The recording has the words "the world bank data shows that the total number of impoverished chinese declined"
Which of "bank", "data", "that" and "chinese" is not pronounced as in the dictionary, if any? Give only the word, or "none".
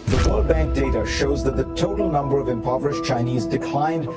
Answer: none